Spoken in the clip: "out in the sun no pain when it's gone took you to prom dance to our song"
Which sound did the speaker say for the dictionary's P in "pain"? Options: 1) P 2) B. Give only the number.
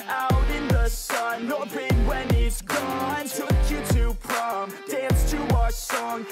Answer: 2